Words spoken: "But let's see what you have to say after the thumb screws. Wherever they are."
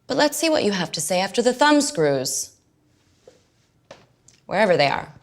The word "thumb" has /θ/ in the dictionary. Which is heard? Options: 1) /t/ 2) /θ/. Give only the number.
2